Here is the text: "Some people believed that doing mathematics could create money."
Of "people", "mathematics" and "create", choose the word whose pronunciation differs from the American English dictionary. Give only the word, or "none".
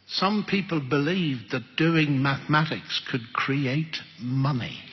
none